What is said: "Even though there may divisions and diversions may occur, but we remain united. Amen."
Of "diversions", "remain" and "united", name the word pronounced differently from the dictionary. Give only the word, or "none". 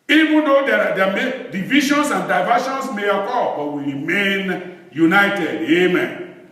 diversions